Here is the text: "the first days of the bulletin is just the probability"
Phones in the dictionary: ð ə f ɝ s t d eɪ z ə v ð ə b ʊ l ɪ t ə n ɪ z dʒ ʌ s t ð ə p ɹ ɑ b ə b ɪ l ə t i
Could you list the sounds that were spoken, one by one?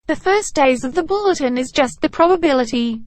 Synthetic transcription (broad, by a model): ð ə f ɝ s d eɪ z ə v ð ə b ʊ l ɪ t ə n ɪ z dʒ ʌ s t ð ə p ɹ ɑ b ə b ɪ l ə t i